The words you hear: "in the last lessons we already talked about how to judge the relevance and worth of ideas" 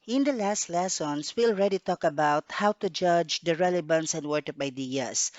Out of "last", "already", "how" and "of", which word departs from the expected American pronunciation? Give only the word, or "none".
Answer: of